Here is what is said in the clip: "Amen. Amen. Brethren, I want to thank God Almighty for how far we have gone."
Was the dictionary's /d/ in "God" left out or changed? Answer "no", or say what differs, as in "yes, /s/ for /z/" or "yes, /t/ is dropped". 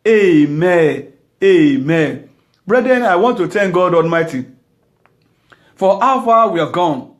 no